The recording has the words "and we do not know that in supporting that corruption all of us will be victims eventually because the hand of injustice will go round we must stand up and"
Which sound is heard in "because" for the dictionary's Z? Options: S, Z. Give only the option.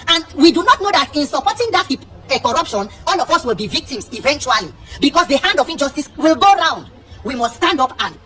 S